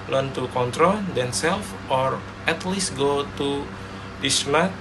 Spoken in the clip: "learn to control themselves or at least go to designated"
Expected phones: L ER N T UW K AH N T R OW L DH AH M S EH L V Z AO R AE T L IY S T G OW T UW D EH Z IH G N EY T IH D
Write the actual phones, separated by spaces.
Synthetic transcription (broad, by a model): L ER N T UW K AH N T R OW L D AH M S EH L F AO R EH T L IY S T G OW T UW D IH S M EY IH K